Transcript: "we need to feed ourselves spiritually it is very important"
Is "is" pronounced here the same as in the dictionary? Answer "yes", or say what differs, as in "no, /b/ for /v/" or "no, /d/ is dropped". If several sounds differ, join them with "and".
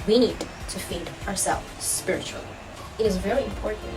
yes